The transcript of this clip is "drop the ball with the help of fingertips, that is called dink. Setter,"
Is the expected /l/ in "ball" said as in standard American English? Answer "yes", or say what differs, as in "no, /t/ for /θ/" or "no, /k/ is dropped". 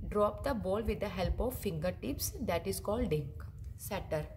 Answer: yes